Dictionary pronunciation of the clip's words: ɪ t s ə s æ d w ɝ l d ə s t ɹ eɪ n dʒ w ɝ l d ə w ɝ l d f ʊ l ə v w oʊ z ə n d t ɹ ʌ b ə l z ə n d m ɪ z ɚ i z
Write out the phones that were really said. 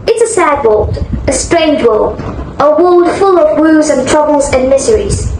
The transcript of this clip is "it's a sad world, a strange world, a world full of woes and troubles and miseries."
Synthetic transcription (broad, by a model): ɪ t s ə s æ d w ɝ l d ə s t ɹ eɪ n dʒ w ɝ l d ə w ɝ l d f ʊ l ə v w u z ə n t ɹ ʌ b ə l z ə n m ɪ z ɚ i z